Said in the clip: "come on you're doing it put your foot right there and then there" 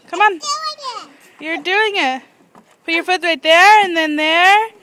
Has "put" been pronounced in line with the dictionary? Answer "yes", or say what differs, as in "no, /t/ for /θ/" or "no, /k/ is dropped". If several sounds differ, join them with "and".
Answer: no, /b/ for /p/